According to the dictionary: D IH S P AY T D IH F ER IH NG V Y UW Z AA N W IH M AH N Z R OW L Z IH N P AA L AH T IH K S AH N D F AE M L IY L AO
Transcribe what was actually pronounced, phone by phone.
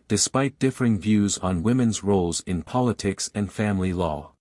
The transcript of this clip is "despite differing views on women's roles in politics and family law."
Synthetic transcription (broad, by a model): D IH S P AY T D IH F ER IH NG V Y UW Z N W IH M AH N Z R OW L Z IH N P AA L AH T IH K S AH N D F AE M L IY L AO